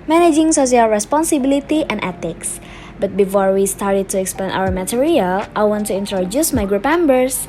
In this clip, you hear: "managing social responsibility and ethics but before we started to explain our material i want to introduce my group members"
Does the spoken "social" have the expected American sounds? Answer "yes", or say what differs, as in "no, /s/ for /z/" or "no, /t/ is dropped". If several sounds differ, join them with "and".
no, /s/ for /ʃ/